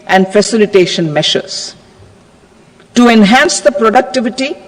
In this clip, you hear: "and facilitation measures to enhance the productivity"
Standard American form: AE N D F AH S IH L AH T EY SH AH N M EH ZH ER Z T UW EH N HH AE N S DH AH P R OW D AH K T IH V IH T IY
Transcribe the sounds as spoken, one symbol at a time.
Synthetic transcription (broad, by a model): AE N D F AH S IH L AH T EY SH AH N M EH SH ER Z T UW EH N HH AE N S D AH P R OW D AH K T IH V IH T IY